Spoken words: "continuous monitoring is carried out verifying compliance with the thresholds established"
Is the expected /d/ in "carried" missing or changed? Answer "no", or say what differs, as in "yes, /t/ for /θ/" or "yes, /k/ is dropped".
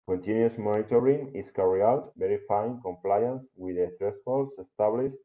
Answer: yes, /d/ is dropped